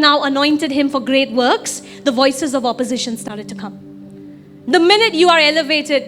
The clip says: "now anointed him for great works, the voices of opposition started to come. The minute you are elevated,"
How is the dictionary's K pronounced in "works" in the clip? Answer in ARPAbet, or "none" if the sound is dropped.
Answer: K